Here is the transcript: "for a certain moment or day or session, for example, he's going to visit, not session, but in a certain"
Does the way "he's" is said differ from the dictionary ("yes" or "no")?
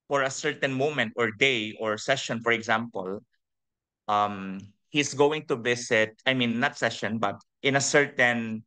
yes